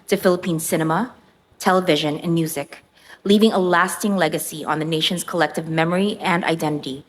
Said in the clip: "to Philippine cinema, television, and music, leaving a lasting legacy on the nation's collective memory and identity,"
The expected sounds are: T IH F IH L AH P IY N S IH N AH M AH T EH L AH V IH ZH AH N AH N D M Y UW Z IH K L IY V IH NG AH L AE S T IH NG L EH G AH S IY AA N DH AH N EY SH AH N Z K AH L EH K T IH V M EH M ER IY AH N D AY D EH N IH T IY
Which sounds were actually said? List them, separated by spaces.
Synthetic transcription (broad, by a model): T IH F IH L AH P IY N S IH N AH M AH T EH L AH V IH ZH AH N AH N M Y UW Z IH K L IY V IH NG AH L AE S T IH NG L EH G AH S IY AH N DH AH N EY SH AH N Z K AH L EH K T IH V M EH M ER IY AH N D AY D EH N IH T IY